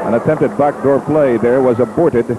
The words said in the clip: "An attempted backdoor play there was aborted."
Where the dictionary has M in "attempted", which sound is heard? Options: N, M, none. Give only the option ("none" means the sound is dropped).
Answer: M